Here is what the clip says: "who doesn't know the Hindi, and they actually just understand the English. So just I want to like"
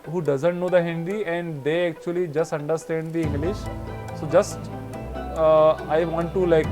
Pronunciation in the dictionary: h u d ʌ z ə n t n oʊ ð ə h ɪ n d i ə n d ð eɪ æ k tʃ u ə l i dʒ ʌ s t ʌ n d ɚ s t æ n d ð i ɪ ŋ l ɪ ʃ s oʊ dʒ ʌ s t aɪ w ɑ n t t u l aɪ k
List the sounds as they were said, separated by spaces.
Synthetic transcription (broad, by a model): h u d ʌ z ə n t n oʊ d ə h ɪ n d i ə n d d eɪ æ k tʃ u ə l i dʒ ʌ s t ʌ n d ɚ s t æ n d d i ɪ l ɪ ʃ s oʊ dʒ ʌ s t aɪ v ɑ n t t u l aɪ k